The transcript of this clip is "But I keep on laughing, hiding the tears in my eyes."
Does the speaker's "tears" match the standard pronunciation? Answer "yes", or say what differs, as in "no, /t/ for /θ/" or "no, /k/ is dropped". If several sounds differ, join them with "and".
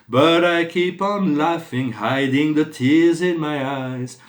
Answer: yes